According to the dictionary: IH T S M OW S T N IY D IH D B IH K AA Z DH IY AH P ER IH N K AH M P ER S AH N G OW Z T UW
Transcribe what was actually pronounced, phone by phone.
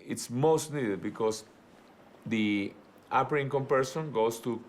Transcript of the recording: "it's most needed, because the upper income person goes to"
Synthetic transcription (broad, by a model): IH T S M OW S T N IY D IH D B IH K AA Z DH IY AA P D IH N K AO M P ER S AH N G OW S T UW